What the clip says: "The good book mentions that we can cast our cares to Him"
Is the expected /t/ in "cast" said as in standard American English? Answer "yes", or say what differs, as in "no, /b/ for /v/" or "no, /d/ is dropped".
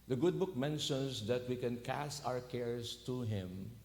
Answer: yes